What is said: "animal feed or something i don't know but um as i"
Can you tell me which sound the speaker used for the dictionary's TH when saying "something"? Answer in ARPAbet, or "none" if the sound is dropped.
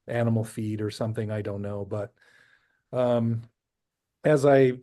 TH